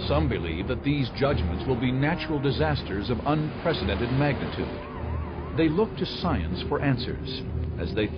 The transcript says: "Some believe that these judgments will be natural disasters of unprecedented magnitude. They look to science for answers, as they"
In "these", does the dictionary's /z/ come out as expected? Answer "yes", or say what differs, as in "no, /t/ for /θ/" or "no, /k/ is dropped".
yes